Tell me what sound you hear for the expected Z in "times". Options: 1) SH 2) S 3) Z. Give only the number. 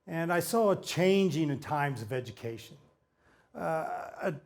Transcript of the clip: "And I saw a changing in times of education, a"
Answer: 3